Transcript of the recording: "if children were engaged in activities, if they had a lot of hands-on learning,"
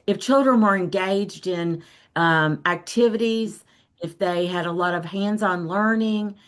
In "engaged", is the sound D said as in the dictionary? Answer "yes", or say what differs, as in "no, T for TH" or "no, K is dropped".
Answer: yes